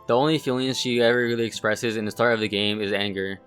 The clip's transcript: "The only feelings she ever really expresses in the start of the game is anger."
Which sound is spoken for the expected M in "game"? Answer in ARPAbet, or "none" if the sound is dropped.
M